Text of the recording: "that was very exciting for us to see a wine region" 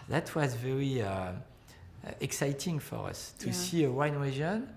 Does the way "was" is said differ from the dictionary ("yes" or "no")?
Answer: no